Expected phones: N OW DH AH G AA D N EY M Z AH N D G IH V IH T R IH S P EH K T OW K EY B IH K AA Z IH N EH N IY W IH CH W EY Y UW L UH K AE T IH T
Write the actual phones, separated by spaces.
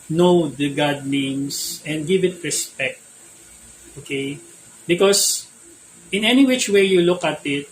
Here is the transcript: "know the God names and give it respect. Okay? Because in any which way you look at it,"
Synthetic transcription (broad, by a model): N OW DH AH G AA D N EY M S AH N D G IH V IH T R IH S P EH K T OW K EY B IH K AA S IH N EH N IY W IH CH W EY Y UW L UH K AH T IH T